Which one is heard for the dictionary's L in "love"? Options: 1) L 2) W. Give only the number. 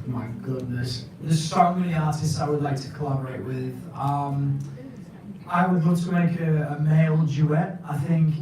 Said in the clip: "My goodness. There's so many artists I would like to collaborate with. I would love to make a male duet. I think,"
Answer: 2